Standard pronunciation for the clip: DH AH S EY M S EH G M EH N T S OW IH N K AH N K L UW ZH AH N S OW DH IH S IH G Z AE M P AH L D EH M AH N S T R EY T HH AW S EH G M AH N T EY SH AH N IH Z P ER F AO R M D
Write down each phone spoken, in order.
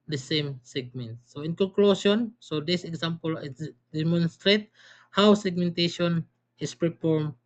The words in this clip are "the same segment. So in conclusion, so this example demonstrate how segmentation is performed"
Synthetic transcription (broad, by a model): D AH S EY M S EH G M EH N T S OW IH N K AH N K L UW S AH N S OW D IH S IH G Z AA M P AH L D EH M AH N S T R EY T HH AW S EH G M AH N T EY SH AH N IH S P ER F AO R M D